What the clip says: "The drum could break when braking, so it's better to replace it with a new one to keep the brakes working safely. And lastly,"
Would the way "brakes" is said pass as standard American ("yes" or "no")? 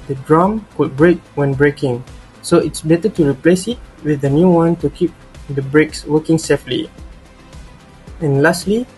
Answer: yes